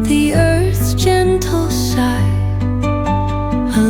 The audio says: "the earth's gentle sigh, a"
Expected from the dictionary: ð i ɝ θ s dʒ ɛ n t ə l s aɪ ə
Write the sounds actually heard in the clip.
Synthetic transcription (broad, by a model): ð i ɝ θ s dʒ ɛ n t l ʃ aɪ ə